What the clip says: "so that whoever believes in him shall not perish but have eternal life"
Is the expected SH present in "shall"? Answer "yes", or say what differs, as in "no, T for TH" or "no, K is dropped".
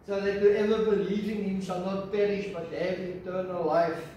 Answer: no, S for SH